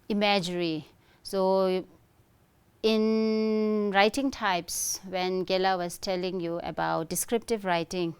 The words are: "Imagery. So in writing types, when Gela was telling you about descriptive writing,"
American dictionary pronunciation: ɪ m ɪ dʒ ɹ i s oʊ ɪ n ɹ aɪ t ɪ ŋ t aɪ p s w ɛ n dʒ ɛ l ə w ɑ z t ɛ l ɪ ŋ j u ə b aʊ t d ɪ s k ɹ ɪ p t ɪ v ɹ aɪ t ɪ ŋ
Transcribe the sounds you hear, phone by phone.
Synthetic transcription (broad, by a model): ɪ m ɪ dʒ ɹ i s oʊ ɪ n ɹ aɪ t ɪ ŋ t aɪ p s w ɛ n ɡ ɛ l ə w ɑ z t ɛ l ɪ ŋ j u ə b aʊ t d ɪ s k ɹ ɪ p t ɪ v ɹ aɪ t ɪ ŋ